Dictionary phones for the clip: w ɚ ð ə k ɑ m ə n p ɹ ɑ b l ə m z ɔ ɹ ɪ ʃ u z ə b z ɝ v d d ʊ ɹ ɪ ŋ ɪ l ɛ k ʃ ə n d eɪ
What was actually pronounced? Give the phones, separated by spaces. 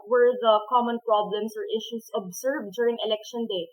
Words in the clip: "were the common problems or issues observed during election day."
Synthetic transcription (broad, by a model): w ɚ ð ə k ɑ m ə n p ɹ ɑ b l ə m s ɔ ɹ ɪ ʃ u s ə b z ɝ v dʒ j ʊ ɹ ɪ ŋ ɪ l ɛ k ʃ ə n d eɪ